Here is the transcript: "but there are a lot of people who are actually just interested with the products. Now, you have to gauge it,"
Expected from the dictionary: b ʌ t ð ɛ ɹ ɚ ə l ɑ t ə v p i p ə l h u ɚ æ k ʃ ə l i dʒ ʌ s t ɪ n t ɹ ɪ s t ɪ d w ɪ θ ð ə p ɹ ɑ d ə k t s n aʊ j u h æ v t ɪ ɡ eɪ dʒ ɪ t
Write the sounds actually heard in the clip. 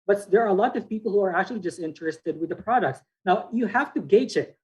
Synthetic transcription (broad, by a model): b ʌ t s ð ɚ ə l ɑ t ə v p i p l h u ɚ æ k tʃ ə l i dʒ ʌ s t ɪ n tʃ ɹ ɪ s t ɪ d w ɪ ð ə p ɹ ɑ d ə k t s n aʊ j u h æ f t ɪ ɡ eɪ tʃ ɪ t